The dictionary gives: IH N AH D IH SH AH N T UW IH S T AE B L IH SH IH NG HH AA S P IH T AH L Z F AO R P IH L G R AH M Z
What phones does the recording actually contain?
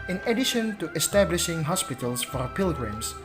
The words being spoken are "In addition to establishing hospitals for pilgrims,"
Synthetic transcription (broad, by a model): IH N AH D IH SH AH N T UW IH S T AE B L IH SH IH NG HH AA S P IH T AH L S F AO R P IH L G R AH M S